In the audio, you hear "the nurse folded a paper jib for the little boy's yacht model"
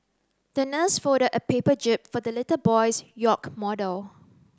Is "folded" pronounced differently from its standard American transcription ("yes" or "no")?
yes